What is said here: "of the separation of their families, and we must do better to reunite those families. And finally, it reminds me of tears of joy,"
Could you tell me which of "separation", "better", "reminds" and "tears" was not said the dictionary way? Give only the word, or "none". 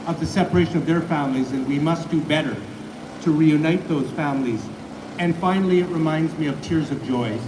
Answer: none